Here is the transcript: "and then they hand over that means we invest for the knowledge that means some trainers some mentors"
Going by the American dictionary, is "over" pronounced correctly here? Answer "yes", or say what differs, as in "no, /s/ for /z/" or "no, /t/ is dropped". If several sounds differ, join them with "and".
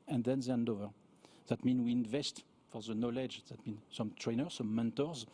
yes